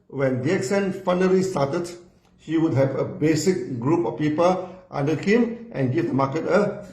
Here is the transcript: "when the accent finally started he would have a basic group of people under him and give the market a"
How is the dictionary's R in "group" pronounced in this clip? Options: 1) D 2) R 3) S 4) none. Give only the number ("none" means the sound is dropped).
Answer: 2